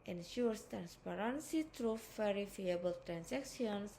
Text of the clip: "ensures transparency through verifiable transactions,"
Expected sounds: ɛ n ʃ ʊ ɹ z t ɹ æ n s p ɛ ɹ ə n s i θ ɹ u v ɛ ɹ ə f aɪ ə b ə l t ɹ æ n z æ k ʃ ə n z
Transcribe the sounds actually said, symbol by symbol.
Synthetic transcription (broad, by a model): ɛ n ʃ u ɹ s t ɹ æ n s p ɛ ɹ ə n s i t ɹ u f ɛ ɹ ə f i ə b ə l t ɹ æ n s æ k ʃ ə n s